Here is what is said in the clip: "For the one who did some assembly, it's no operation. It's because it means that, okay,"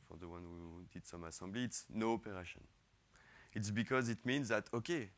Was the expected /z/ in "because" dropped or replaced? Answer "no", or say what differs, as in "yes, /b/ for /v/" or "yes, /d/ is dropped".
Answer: no